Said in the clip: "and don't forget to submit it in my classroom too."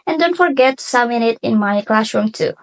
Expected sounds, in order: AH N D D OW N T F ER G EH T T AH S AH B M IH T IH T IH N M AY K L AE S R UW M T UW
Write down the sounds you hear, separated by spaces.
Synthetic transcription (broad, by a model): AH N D D OW N T F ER G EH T T S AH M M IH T IH T IH N M AY K L AE S R UW M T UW